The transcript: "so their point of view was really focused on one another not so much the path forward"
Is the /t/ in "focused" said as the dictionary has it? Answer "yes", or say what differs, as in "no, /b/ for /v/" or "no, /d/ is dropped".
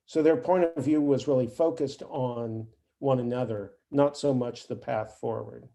yes